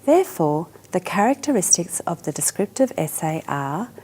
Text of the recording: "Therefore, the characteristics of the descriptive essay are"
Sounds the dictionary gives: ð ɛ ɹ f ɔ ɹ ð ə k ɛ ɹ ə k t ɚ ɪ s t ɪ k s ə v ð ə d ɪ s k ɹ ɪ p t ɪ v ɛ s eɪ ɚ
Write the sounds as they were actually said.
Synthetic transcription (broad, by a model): ð ɛ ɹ f ɔ ð ə k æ ɹ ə k t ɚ ɪ s t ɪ k s ə v ð ə d ɪ s k ɹ ɪ p t ɪ v ɛ s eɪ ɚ